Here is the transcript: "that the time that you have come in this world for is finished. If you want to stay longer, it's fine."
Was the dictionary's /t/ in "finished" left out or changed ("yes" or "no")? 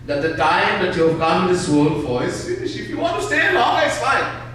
yes